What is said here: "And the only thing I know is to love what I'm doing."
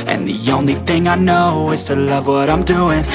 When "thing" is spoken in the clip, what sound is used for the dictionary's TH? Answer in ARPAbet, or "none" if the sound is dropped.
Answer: TH